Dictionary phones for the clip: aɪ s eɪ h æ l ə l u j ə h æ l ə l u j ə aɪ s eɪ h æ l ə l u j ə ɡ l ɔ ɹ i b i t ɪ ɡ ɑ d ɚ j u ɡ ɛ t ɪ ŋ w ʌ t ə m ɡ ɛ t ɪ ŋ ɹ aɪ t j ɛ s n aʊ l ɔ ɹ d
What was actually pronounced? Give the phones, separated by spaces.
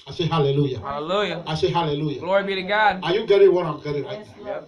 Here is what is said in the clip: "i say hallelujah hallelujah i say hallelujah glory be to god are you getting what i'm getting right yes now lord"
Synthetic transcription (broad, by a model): aɪ s eɪ h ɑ l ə l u j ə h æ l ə l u j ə aɪ s eɪ h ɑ l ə l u j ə ɡ l ɔ ɹ i b i t ɪ ɡ ɑ d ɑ j u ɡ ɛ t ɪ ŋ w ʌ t ə m ɡ ɛ t ɪ ŋ l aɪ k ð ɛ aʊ